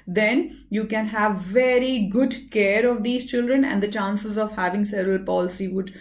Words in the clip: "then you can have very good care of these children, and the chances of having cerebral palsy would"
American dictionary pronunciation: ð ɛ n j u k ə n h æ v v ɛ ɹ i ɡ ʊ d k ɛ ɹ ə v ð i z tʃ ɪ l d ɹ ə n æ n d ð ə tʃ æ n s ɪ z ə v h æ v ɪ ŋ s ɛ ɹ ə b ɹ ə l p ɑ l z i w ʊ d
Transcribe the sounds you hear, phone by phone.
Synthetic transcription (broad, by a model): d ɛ n j u k ə n h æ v v ɛ ɹ i ɡ ʊ d k ɛ ɹ ə v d i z tʃ ɪ l d ɹ ə n æ n d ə tʃ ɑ n s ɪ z ə v h æ v ɪ ŋ s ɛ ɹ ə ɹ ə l p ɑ l s i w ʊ d